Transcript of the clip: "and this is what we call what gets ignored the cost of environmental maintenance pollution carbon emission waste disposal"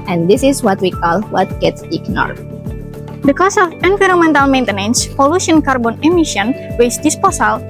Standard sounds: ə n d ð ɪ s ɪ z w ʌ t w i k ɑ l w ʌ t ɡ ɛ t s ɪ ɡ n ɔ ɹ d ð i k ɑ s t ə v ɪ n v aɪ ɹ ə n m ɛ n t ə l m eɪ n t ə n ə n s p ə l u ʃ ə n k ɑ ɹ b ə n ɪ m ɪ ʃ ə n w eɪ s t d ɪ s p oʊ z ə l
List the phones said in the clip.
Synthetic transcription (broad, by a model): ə n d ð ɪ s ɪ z w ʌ t w i k ɑ l w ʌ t ɡ ɛ t s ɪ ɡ n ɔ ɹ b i k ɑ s ə f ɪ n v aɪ ɹ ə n m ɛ n t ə l m eɪ n t ə n ə n s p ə l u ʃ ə n k ɑ ɹ b ə n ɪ m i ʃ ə n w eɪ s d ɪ s p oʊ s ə l